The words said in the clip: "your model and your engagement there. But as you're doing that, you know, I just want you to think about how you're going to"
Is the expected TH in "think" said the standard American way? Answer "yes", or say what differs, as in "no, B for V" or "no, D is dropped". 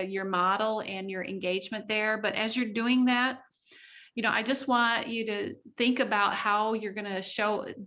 yes